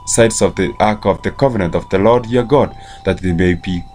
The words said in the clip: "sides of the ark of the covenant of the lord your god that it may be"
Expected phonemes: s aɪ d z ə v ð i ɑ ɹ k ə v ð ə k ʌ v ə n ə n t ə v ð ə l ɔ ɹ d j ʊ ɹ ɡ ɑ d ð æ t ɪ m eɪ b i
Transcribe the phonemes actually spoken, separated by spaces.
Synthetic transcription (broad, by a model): s aɪ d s ə v ð i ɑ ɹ k ə v ð ə k ʌ v ə n ə n t ə v ð ə l ɔ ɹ d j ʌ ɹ ɡ ɑ d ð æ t ɪ m eɪ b i